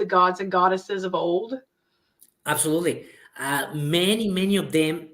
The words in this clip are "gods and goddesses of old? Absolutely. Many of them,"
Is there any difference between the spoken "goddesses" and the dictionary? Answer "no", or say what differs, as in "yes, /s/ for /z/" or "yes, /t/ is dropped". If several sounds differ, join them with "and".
no